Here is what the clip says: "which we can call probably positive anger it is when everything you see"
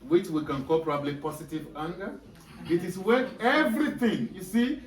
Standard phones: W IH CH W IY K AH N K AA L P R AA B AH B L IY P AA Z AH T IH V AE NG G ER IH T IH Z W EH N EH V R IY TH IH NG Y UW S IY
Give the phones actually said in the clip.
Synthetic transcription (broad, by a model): W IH CH W IY K AH N K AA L P R AA B AH B L IY P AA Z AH T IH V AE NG G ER IH T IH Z W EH EH V R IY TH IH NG Y UW S IY